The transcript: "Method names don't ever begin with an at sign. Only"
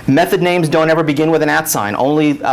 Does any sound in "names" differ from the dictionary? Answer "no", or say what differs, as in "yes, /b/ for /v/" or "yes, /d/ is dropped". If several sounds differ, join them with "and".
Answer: no